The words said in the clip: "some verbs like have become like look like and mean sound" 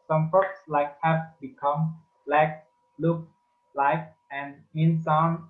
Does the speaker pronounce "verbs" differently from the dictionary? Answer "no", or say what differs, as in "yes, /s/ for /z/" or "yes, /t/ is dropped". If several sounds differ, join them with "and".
yes, /f/ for /v/